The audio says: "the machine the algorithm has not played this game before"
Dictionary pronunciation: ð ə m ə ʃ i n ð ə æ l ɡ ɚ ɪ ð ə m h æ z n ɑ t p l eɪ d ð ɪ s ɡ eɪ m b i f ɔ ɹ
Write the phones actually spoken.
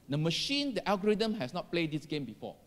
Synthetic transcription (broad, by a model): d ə m ə ʃ i n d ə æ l ɡ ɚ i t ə m h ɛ s n ɑ t p l eɪ d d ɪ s ɡ eɪ m b i f ɔ